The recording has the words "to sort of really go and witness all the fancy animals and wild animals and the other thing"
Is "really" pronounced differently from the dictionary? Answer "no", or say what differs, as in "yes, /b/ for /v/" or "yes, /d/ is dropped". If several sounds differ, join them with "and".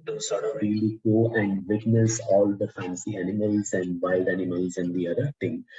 no